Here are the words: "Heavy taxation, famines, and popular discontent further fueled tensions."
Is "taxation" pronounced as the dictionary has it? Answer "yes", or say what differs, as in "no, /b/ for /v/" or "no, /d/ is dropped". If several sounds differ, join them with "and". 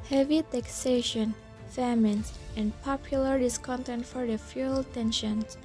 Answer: yes